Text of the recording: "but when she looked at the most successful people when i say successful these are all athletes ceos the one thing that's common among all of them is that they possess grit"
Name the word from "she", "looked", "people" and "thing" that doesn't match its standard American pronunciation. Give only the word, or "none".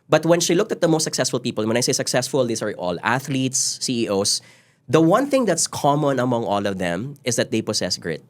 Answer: none